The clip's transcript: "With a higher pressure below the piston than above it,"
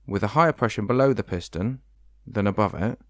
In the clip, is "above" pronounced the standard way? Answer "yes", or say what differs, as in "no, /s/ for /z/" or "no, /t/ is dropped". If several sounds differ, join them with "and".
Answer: yes